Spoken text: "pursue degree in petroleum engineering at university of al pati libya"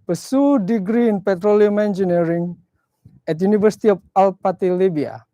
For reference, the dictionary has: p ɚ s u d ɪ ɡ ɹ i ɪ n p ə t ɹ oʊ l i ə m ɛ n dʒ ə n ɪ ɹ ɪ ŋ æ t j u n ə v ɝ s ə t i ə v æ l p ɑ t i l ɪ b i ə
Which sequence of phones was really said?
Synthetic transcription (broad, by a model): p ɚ s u d ɪ ɡ ɹ i ɪ n p ə t ɹ oʊ l i ə m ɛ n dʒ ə n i ɹ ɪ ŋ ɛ t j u n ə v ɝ s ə t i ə f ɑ l p ɑ t i l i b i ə